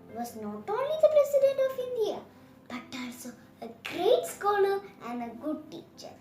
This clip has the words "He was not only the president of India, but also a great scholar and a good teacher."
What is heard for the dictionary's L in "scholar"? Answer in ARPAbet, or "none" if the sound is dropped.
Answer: N